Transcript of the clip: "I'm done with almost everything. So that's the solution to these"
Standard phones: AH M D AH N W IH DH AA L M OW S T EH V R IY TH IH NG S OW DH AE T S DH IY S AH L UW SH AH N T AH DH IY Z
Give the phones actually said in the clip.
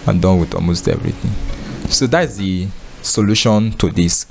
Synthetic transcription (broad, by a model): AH D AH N W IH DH AA L M OW S T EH V R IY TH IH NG S OW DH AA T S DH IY S AH L UW SH AH N T AH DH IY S